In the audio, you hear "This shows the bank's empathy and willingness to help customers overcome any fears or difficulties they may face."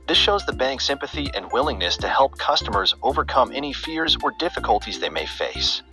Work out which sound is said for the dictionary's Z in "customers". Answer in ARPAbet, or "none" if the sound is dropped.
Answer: Z